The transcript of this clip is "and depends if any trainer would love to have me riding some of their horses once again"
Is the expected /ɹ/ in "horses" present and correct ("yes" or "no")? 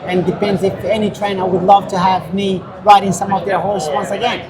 no